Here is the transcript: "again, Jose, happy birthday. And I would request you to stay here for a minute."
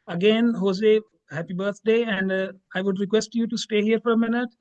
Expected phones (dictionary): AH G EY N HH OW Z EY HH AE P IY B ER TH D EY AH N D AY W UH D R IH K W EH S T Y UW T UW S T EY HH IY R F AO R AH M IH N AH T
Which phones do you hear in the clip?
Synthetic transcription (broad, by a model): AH G EY N HH OW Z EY HH AE P IY B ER T D EY AH N D AY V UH D R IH K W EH S T Y UW T UW S T EY HH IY R F AO R AH M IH N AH T